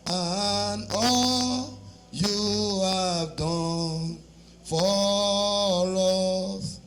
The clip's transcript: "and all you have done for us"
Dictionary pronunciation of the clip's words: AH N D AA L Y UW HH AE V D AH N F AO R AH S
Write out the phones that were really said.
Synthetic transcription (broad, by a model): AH N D AA L Y UW HH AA V D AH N F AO L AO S